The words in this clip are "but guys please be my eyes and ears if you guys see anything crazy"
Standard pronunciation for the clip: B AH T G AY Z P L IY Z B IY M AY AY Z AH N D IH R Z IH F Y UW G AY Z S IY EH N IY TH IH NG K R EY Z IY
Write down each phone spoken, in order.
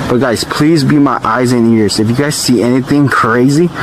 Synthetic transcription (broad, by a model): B AH T G AY Z P L IY Z B IY M AY AY Z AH N IH R Z IH F Y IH G AY Z S IY EH N IY TH IH NG K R EY Z IY